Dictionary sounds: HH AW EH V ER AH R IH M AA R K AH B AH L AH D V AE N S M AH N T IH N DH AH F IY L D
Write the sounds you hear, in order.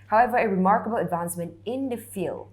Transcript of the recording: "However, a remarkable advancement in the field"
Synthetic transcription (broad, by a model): HH AW EH V ER AH R IH M AA R K AH B AH L AH D V AE N S M AH N T IH N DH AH F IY L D